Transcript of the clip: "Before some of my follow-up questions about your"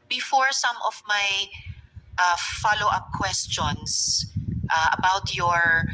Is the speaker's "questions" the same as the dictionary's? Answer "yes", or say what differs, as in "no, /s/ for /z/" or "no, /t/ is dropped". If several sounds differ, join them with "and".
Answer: no, /s/ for /z/